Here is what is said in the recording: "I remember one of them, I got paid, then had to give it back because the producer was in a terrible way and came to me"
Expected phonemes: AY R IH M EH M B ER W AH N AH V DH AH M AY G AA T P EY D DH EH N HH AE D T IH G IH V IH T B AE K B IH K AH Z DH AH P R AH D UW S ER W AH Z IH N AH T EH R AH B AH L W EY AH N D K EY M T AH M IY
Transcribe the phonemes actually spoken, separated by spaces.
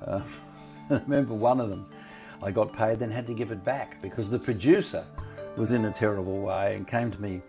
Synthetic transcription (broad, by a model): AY R IH M EH M B ER W AH N AH V DH AH M AY G AA T P EY D DH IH N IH D T IH G IH V IH T B AE K B IH K AH Z DH AH P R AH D UW S ER W AH Z IH N AH T EH R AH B L W EY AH N K EY M T AH M IY